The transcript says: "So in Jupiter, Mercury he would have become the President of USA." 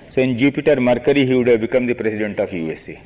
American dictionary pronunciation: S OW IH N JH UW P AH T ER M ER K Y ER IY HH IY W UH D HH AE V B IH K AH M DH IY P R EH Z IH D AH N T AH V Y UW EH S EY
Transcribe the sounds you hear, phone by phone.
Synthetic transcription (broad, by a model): S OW IH N JH UW P AH T ER M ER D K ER IY HH IY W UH D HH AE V B IH K AH M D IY P R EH S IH D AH N T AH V Y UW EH S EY